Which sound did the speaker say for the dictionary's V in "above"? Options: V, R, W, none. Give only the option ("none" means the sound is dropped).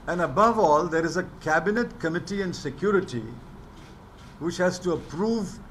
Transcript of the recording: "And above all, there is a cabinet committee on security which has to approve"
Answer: V